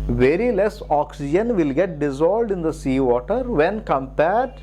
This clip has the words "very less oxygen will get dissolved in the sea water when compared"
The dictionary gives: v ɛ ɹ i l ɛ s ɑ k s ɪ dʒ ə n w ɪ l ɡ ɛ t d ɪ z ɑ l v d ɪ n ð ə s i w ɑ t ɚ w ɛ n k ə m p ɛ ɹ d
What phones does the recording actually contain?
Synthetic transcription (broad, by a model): v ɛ ɹ i l ɛ s ɑ k s ɪ dʒ ə n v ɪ l ɡ ɛ t d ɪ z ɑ l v d ɪ n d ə s i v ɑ t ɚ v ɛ n k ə m p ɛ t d